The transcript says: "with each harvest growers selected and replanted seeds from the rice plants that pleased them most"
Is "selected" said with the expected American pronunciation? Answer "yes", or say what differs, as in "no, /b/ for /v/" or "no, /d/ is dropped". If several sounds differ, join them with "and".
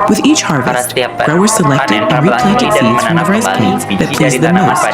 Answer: yes